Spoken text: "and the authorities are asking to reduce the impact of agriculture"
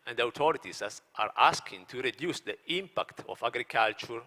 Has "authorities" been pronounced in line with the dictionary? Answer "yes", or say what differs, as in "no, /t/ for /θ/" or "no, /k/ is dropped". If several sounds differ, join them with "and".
no, /t/ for /θ/